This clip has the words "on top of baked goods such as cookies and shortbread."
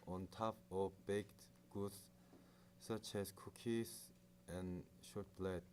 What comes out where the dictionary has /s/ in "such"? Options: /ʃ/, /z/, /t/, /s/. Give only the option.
/s/